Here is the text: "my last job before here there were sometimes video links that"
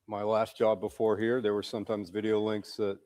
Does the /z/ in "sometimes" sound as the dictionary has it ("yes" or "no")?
yes